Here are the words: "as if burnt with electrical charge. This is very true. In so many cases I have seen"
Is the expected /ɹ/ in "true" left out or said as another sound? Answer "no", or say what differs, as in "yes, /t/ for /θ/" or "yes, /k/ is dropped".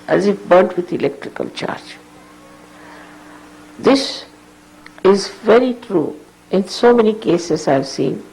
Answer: no